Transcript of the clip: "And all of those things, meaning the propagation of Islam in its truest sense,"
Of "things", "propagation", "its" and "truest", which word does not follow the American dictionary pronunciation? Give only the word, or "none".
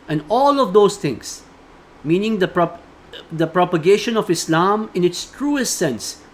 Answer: things